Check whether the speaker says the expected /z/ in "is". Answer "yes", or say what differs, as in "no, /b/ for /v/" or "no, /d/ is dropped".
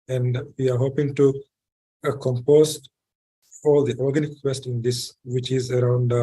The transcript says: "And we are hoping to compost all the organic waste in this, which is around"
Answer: yes